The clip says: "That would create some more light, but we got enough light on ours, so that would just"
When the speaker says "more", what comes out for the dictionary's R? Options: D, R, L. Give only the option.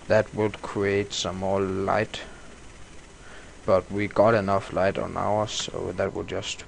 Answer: L